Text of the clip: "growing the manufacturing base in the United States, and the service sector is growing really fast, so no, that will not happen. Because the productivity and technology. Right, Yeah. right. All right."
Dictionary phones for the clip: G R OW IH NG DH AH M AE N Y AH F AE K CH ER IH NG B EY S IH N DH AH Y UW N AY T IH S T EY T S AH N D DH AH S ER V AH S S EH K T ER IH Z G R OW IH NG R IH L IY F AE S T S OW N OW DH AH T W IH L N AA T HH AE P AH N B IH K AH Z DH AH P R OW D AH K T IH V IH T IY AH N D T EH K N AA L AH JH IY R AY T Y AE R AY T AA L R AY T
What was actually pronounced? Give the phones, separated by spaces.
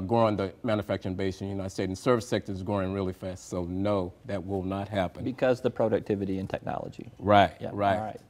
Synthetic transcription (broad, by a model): G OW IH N DH AH M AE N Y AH F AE K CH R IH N B EY IH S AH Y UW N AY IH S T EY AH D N S ER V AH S S EH K T ER Z G OW IH NG R IH L IY F AE S T S OW N OW DH AH T W IH L N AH T HH AE P AH N B IH K AH Z DH AH P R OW D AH K T IH V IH T IY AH N T EH K N AA L AH JH IY R AY T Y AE R AY T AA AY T